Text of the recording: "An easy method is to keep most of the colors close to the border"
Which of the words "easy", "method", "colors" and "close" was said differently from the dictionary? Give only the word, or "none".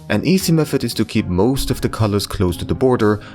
method